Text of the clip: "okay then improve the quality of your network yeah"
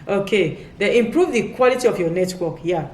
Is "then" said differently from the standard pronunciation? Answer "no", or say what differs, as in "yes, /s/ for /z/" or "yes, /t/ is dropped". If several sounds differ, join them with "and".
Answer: yes, /n/ is dropped